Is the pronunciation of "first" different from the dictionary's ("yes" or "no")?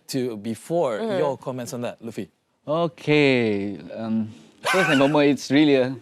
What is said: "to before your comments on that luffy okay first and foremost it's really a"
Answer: yes